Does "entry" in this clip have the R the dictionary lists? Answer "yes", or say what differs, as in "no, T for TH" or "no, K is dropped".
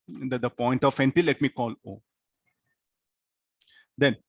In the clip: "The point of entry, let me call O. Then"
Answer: no, R is dropped